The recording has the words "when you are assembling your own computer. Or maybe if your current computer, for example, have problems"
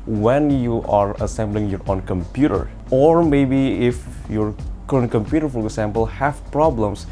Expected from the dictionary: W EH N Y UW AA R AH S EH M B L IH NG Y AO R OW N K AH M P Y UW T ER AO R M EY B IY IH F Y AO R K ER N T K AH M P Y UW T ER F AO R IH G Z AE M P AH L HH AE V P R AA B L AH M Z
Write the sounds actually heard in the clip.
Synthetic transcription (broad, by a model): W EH N Y UW AA R AH S EH M B L IH NG Y AO R OW N K AH M P Y UW T ER AO R M EY B IY IH F Y AO R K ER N K AH M P Y UW T ER F AO R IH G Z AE M P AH L HH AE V P R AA B L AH M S